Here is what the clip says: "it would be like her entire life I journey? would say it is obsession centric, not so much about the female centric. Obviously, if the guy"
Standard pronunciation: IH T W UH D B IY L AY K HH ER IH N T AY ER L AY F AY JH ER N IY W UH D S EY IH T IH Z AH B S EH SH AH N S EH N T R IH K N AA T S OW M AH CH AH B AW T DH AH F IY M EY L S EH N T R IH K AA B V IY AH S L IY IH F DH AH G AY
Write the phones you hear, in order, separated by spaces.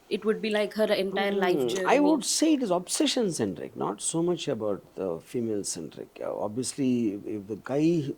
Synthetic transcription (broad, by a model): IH T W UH D B IY L AY K HH ER IH N T AY ER L AY F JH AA IY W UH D S EY IH T IH Z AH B S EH SH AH N S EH N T R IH K N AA T S OW M AH CH AH B AW T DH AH F IY M EY L S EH N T R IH K AA B V IY AH S L IY IH F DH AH G AY